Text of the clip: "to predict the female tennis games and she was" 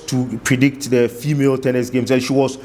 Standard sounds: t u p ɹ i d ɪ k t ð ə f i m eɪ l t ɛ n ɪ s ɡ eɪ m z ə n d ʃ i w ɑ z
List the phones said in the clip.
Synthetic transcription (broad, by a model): t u p ɹ i d ɪ k t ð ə f i m eɪ l t ɛ n ɪ s ɡ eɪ m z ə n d ʃ i w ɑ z